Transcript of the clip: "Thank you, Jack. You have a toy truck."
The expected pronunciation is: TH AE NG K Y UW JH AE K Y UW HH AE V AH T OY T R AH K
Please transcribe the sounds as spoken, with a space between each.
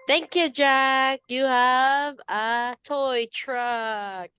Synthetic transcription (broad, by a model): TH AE NG K Y UW JH AE K Y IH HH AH V AH T OY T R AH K